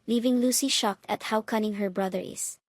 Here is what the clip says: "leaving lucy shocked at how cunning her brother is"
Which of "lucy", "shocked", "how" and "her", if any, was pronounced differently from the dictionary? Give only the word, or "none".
none